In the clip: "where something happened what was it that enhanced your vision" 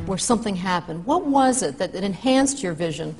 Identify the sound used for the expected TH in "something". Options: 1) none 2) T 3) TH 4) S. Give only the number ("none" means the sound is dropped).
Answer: 3